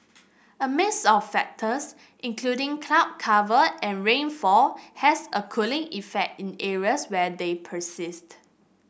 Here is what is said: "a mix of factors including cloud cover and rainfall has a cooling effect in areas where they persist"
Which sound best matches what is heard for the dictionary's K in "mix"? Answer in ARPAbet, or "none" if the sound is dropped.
none